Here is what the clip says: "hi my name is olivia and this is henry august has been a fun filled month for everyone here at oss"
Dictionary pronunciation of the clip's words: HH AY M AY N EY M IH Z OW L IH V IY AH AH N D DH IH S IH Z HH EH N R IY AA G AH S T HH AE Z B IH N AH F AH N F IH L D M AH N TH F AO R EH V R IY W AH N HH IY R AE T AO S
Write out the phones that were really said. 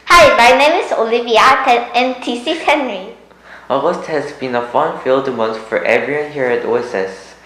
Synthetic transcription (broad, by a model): HH AY M AY N EY M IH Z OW L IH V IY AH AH N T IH S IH HH EH N R IY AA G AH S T HH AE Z B IH N AH F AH N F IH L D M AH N S F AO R EH V R IY W AH N HH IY R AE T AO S